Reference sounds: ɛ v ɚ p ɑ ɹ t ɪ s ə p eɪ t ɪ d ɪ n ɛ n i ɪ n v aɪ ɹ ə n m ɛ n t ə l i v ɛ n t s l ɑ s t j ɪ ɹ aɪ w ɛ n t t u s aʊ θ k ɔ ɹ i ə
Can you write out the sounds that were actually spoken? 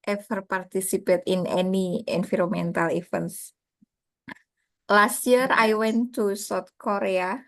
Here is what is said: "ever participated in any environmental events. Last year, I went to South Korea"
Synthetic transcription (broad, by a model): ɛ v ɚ p ɑ ɹ t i s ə p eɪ t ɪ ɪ n ɛ n i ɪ n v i ɹ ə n m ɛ n t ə l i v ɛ n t s l ɑ s t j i ɹ aɪ w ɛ n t t u s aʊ t k ɔ ɹ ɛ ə